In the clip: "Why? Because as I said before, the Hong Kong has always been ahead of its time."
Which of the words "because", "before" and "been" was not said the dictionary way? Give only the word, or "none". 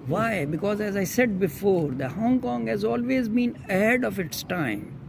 none